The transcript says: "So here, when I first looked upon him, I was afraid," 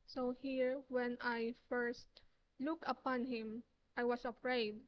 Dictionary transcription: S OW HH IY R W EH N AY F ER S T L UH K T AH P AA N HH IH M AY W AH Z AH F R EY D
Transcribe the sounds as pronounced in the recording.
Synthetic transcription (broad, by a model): S OW HH IY R W EH N AY F ER S T L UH K AH P AA N HH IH M AY W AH S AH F R EY D